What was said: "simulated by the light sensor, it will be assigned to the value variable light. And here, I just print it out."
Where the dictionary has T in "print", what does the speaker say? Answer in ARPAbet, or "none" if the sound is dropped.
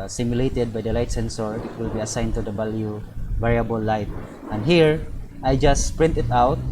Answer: T